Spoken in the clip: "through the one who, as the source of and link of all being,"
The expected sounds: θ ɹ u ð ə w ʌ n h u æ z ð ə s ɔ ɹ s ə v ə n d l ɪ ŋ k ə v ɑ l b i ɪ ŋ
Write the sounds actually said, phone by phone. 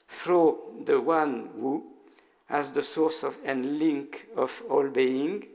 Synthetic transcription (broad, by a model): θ ɹ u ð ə w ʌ n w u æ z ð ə s ɔ ɹ s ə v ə n l ɪ ŋ k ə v ɑ l b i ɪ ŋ